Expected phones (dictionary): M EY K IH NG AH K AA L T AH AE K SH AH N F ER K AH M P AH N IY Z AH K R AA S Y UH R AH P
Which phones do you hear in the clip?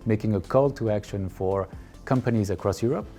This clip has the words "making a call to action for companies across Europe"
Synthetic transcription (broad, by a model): M EY K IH NG AH K AA L T AH AE K SH AH N F ER K AH M P AH N IY Z AH K R AA S Y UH R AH P